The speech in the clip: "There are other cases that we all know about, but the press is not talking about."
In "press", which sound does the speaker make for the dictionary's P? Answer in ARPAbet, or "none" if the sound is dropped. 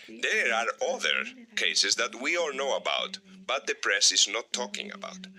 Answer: P